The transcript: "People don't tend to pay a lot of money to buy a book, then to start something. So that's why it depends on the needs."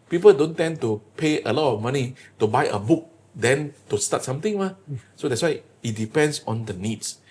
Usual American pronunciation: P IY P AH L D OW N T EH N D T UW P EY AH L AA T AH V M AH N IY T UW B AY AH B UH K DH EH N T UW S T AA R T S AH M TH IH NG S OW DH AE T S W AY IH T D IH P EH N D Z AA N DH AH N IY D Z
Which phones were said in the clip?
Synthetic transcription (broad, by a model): P IY P AH L D OW N T EH N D T UW P EY AH L AA T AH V M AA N IY T UW B AY AH B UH K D EH N T UW S T AA T S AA M T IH NG S OW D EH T S W AY IH T D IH P EH N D S AA N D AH N IY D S